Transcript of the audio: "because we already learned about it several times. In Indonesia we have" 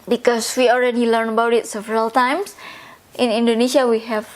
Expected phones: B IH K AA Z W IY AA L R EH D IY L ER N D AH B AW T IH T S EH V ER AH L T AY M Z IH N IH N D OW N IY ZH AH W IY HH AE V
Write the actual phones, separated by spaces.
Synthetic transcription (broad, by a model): B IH K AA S W IY AA L R EH D IY L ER N AH B AW T IH T S EH V ER AH L T AY M S IH N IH N D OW N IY SH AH W IY HH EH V